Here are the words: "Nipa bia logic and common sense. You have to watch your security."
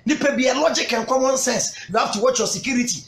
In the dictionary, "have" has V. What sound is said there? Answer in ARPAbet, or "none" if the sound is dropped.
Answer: F